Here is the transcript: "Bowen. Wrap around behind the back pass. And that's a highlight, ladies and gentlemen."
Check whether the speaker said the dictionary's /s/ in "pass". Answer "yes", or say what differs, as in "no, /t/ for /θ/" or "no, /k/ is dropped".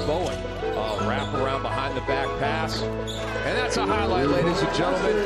yes